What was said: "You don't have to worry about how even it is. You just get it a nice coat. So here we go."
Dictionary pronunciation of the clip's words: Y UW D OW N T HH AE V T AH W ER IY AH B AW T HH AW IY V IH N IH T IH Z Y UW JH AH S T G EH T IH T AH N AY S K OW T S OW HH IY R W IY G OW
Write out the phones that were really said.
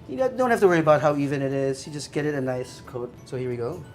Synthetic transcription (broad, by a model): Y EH D OW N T HH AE F T AH W ER IY AH B AW T HH AW IY V IH N IH T IH Z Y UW JH AH S G EH T IH T AH N AY S K OW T S OW HH IY R W IY G OW